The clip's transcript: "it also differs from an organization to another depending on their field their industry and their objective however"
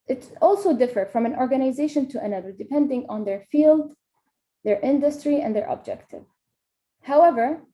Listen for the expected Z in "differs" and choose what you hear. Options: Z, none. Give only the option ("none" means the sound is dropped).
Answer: none